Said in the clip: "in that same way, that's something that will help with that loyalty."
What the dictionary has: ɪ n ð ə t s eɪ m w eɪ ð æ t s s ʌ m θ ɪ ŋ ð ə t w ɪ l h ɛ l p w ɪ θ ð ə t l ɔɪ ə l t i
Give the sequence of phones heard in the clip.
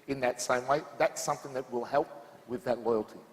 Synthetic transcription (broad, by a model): ɪ n ð ə t s eɪ m w eɪ ð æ t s s ʌ m θ ɪ ŋ ð ə t w ɪ l h ɛ l p w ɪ ð ə t l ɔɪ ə l t i